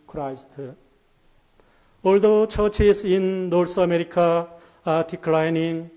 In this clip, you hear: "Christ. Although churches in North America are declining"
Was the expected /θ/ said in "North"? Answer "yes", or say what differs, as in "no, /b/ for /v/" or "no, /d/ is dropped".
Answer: no, /s/ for /θ/